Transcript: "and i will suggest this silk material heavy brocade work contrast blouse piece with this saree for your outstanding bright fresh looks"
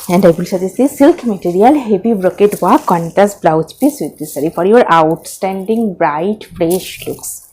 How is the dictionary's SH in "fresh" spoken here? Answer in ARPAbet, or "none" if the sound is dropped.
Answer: SH